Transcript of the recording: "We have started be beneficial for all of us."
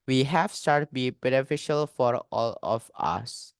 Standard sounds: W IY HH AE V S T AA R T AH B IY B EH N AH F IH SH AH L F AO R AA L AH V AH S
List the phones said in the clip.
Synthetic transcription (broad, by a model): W IY HH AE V S T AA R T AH B IY B EH N AH F IH SH AH L F AO R AA L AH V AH S